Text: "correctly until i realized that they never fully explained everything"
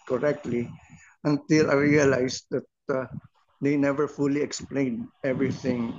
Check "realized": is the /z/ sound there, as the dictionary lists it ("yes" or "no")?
no